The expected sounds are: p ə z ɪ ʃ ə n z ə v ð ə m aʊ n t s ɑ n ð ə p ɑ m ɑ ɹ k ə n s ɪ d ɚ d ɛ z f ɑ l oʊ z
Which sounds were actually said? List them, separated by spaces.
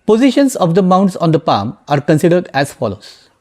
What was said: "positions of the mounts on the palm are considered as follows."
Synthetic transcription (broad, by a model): p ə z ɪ ʃ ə n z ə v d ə m aʊ n t s ɑ n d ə p ɑ m ɑ ɹ k ə n s ɪ d ɚ d ɛ z f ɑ l oʊ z